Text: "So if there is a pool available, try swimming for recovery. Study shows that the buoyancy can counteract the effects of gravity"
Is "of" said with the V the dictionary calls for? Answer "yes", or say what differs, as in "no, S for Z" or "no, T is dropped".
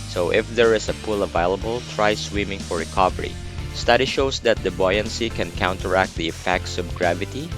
no, B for V